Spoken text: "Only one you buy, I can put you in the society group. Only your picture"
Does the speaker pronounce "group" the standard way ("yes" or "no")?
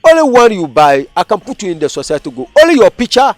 no